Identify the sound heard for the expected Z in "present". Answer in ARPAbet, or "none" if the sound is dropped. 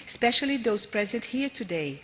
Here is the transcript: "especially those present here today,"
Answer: Z